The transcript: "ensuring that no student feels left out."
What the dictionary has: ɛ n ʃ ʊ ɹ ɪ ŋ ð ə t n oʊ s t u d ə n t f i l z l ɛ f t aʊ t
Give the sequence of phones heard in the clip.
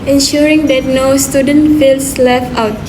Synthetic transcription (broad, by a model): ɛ n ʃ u ɹ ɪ ŋ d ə t n oʊ s t u d ə n t f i l s l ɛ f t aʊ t